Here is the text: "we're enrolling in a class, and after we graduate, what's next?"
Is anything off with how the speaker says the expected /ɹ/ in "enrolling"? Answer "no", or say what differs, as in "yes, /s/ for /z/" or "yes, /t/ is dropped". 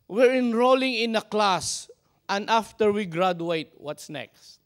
no